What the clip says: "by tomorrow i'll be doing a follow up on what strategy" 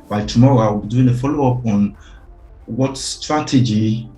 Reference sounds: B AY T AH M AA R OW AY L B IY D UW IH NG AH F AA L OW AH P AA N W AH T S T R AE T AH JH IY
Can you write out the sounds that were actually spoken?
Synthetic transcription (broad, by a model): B AY T AH M AA R OW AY W B IY D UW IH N AH F AA L OW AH P AA N W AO T S T R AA T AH JH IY